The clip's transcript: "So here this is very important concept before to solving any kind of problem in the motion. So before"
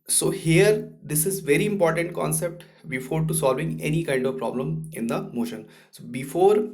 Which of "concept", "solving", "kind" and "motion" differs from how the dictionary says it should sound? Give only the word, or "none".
none